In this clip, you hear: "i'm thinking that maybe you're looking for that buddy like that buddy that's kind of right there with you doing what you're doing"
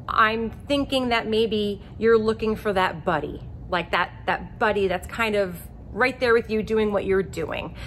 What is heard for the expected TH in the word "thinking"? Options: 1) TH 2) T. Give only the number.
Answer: 1